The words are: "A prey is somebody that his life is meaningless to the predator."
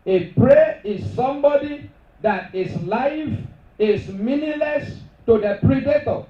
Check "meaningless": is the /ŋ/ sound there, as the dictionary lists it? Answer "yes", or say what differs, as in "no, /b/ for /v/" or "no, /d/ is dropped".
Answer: no, /ŋ/ is dropped